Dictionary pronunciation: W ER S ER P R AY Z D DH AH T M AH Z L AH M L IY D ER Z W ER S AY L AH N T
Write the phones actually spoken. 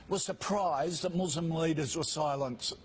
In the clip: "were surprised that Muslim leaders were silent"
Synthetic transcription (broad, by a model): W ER S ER P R AY Z DH AH T M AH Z L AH M L IY D ER Z W ER S AY L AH N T